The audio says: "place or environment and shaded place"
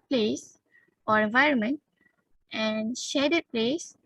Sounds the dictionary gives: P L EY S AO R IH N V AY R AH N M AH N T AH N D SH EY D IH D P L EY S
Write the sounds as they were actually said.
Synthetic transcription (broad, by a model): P L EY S AO R IH N V AY R AH N M AH N T AH N D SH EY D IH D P L EY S